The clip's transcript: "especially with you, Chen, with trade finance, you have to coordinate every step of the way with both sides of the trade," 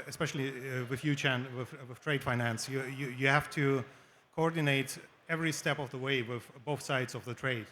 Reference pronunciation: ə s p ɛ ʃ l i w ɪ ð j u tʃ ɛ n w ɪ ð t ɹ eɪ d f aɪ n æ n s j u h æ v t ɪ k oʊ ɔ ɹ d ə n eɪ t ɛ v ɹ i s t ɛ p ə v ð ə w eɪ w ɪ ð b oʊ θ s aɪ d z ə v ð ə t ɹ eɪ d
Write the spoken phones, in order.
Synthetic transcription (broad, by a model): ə s p ɛ ʃ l i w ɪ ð j u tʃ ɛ n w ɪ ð t ɹ eɪ d f aɪ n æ n s j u h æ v t ɪ k oʊ ɔ ɹ d ə n eɪ t ɛ v ɹ i s t ɛ p ə v ð ə w eɪ w ɪ ð b oʊ θ s aɪ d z ə v ð ə t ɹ eɪ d